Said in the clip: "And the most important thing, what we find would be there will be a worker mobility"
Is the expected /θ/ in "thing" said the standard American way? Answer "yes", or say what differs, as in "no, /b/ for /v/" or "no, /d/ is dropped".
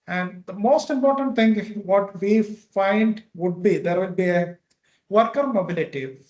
no, /t/ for /θ/